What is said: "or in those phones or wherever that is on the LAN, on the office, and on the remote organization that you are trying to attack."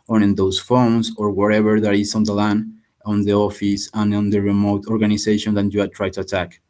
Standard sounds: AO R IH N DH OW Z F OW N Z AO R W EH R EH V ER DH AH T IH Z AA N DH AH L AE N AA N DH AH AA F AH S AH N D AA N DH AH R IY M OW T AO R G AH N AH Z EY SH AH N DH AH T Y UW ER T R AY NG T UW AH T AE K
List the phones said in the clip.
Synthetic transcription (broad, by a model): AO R IH N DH OW S F OW N S AO R W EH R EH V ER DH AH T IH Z AA N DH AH L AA N AA N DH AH AA F AH S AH N AA N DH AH R IY M OW T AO R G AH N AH S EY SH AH N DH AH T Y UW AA T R AY T UW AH T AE K